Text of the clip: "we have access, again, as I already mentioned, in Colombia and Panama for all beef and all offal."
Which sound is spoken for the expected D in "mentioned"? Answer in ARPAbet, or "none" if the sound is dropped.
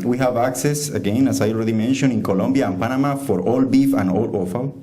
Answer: none